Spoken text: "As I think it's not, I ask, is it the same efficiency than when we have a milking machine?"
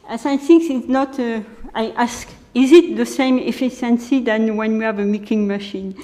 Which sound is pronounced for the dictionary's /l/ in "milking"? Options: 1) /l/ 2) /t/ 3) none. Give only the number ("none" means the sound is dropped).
3